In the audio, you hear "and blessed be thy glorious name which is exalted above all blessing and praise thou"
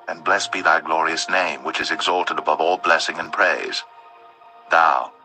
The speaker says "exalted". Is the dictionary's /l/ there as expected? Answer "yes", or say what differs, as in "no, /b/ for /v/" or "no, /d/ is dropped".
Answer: yes